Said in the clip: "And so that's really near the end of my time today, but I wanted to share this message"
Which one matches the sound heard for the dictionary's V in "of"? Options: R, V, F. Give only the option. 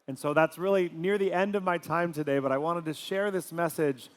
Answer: V